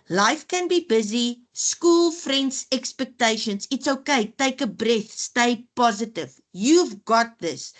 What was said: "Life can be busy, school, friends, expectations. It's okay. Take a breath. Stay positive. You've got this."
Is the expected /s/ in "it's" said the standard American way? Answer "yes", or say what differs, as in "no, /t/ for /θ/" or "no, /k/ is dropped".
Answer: yes